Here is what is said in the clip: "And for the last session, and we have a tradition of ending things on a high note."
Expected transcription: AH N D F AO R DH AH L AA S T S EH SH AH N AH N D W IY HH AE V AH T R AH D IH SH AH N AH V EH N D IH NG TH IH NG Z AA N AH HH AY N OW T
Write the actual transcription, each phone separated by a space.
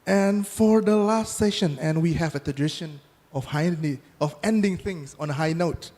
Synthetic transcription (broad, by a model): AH N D F AO R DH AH L AA S T S EH SH AH N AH N W IY HH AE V AH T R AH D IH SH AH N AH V EH N D IH NG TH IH NG S AA N AH HH AY N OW T